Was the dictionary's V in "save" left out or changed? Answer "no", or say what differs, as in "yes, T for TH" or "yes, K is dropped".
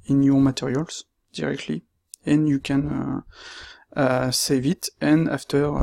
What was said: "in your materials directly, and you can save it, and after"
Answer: no